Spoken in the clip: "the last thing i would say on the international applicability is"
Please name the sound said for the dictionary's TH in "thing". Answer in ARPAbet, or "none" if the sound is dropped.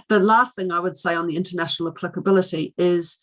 TH